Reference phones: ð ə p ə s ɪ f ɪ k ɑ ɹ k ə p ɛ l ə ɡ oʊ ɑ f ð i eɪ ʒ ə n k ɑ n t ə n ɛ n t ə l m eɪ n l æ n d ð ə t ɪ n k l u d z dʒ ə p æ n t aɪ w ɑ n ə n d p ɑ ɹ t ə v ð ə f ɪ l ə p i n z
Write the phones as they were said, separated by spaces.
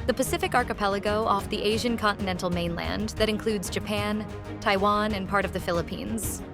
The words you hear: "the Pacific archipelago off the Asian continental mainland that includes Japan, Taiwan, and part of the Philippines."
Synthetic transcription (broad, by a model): ð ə p ə s ɪ f ɪ k ɑ ɹ k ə p ɛ l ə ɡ oʊ ɑ f ð i eɪ ʒ ə n k ɑ n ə n ɛ n t l m eɪ n l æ n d ð ə t ɪ n k l u d z dʒ ə p æ n t aɪ w ɑ n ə n p ɑ ɹ t ə v ð ə f ɪ l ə p i n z